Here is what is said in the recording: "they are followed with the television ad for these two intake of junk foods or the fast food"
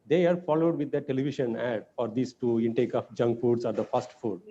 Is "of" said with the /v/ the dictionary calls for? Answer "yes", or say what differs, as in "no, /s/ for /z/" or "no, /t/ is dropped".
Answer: no, /p/ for /v/